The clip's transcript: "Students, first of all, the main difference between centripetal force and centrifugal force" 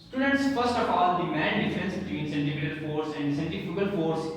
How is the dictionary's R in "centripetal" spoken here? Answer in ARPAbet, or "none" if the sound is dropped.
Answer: none